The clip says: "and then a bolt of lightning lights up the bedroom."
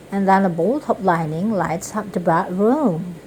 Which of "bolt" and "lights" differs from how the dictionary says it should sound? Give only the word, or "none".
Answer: none